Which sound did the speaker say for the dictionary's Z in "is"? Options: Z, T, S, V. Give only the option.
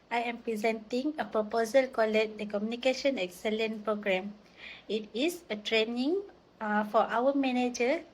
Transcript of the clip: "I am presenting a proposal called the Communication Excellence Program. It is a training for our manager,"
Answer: S